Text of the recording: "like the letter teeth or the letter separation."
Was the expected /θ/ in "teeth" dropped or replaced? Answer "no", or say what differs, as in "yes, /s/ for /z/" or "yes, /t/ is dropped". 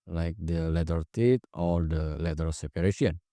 yes, /t/ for /θ/